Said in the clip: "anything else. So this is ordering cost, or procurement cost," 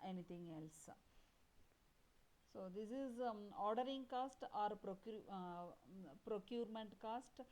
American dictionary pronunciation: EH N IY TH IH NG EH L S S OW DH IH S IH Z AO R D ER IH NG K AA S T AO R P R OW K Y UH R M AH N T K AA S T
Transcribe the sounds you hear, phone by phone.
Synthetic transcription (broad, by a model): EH N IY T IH NG EH L S S OW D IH S IH Z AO R D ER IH NG K AA S T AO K P R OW K Y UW R M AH N T K AA S T